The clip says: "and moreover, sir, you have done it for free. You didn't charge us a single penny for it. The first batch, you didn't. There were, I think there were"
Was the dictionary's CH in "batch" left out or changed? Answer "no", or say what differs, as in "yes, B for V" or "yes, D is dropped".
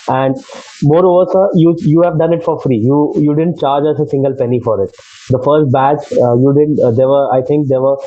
yes, S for CH